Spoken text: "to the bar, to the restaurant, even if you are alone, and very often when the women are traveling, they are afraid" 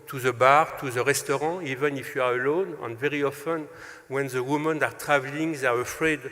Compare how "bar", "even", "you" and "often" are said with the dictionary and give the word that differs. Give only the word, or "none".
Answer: none